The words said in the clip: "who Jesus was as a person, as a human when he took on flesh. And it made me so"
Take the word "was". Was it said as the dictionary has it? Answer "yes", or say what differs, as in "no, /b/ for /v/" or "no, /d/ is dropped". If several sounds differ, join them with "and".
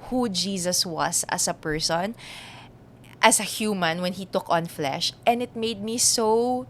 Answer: no, /s/ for /z/